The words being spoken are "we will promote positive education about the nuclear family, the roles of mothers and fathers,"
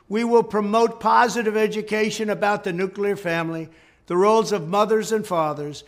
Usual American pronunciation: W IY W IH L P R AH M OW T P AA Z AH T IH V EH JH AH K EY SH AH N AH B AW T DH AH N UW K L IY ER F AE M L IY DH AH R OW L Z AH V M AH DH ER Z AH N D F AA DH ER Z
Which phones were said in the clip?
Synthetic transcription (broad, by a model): W IY W IH L P R AH M OW T P AA Z AH T IH V EH JH AH K EY SH AH N AH B AW T DH AH N UW K L IY ER F AE M L IY DH AH R OW L Z AH V M AH DH ER Z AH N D F AA DH ER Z